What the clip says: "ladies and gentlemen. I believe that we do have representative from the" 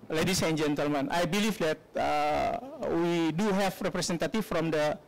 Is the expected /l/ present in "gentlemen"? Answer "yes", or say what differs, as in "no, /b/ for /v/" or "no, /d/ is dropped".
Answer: yes